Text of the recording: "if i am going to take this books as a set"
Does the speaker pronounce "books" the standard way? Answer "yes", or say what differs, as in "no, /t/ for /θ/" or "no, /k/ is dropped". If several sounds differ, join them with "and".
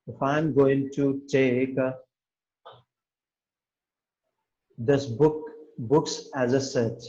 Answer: yes